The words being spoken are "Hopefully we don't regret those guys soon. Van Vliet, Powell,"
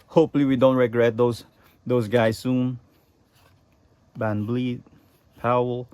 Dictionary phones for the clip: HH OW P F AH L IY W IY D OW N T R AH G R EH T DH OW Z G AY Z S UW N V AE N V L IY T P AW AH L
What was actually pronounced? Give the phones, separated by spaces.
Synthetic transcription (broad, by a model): HH OW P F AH L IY W IY D OW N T R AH G R EH T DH OW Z G AY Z S UW N B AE N B L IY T P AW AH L